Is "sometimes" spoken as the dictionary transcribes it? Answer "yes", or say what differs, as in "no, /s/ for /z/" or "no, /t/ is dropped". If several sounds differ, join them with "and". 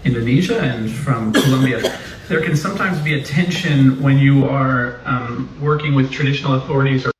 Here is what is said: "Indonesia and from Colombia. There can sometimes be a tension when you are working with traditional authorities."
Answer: yes